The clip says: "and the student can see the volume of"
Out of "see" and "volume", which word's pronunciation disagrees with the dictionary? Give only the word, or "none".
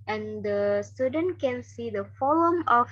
volume